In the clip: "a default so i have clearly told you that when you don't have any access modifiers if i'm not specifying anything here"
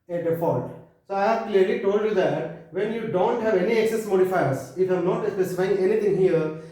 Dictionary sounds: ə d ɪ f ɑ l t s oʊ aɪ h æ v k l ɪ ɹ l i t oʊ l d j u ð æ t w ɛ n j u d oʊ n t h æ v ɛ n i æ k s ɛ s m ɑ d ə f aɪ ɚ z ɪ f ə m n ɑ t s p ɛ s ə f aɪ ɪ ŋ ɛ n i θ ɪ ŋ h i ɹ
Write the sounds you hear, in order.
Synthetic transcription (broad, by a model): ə d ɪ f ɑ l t s oʊ aɪ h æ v k l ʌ ɹ l i t oʊ l d j u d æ t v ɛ n j u d oʊ n t h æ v ɛ n i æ k s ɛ s m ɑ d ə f aɪ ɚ s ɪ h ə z n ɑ t s p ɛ s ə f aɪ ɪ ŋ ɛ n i t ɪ ŋ h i ɹ